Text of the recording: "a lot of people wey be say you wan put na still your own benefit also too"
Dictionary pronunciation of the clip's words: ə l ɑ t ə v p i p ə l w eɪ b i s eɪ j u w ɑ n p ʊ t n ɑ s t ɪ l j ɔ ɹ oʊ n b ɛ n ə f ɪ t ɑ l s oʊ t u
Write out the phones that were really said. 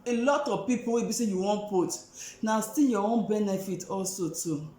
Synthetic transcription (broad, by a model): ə l ɑ t ə v p i p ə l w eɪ b i s eɪ j u w ɑ n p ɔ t n ɑ s t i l j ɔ w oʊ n b ɛ n ə f ɪ t ɑ l s oʊ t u